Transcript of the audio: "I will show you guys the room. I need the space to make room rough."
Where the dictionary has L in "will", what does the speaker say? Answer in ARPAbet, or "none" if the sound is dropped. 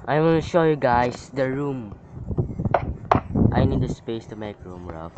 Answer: N